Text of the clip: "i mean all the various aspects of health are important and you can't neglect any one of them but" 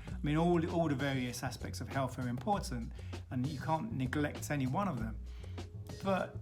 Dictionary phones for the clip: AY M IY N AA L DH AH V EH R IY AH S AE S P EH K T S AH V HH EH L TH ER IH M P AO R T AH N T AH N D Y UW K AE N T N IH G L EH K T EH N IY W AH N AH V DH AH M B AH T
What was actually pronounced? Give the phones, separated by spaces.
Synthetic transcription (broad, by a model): AY M IY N AA L DH AH V EH R IY AH S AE S P EH K T S AH V HH EH L TH ER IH M P AO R T N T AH N Y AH K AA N N IH G L EH K T EH N IY W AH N AH V DH AH M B AH T